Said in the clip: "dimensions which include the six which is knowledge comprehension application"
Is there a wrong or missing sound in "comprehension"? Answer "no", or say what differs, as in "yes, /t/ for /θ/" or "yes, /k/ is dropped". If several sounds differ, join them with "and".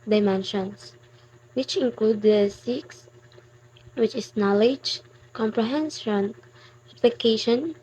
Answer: yes, /s/ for /ʃ/